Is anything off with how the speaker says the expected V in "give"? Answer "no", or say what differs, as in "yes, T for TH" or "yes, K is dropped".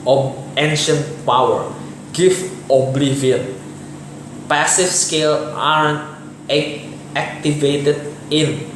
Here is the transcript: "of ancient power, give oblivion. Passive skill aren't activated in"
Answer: yes, F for V